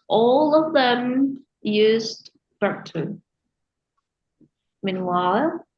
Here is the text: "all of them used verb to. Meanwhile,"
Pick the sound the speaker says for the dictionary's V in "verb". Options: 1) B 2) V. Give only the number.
1